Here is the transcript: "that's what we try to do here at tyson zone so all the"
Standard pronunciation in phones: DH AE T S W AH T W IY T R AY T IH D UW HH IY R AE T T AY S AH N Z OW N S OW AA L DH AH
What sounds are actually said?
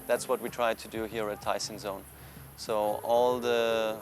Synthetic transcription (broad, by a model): DH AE T S W AH T W IY T R AY T IH D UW HH IY R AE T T AY S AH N Z OW N S OW AA L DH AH